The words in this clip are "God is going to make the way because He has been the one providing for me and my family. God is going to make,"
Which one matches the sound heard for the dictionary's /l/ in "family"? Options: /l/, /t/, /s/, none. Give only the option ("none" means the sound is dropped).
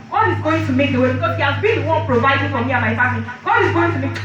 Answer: none